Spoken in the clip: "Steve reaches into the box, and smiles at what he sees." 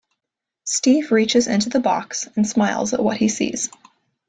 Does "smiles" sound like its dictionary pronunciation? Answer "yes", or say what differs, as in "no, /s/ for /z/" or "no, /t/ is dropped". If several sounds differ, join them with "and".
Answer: yes